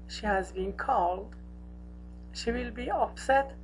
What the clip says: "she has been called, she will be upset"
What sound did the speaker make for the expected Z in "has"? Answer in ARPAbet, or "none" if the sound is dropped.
Z